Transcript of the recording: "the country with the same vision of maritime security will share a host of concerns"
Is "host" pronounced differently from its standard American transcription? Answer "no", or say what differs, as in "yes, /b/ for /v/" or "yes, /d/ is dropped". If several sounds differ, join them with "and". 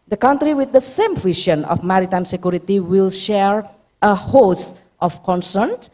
no